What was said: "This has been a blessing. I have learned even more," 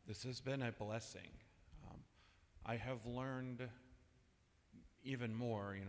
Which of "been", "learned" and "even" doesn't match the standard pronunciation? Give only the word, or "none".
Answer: none